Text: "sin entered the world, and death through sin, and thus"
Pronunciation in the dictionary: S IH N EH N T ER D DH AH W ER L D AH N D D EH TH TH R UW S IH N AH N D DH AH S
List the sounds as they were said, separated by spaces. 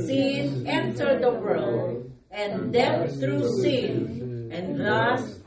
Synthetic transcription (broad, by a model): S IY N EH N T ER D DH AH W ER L AH N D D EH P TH R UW S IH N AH N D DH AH S